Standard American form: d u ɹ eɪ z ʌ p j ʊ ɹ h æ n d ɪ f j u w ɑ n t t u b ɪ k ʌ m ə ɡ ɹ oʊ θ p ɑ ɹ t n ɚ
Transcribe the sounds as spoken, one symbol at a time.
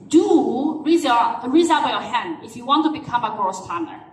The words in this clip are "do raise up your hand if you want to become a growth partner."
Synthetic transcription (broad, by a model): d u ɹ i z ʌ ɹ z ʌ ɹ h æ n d ɪ f j u w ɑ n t t u b ɪ k ʌ m ə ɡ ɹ oʊ s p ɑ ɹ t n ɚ